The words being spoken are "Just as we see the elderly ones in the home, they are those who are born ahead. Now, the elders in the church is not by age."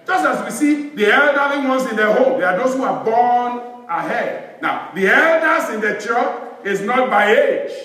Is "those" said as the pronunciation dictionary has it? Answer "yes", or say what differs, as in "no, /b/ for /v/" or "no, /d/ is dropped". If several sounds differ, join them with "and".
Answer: no, /s/ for /z/